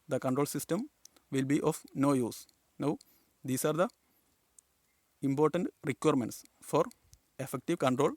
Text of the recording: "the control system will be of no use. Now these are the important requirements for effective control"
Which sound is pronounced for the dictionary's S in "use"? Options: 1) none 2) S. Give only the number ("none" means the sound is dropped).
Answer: 2